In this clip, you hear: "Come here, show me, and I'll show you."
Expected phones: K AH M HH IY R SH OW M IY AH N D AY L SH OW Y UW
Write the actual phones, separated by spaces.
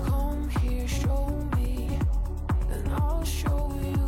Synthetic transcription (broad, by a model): K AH M HH IY R SH OW M IY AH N AY L SH OW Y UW